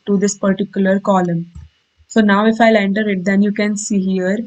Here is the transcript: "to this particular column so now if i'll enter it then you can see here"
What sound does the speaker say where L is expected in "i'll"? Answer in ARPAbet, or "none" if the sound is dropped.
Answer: L